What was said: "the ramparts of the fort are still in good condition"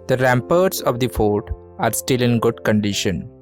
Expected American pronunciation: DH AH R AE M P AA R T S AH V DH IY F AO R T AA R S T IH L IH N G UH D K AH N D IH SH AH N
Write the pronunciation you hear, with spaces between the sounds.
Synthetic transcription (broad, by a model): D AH R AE M P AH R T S AH V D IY F AO R T AA R S T IH L IH N G UH D K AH N D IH SH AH N